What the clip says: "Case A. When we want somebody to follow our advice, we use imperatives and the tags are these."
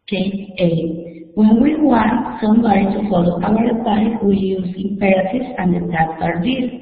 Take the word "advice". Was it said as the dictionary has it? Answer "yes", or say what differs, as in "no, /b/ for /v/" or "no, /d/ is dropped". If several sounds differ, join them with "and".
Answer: no, /p/ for /v/ and /s/ is dropped